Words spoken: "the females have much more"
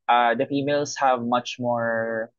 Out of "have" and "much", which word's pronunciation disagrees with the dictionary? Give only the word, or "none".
none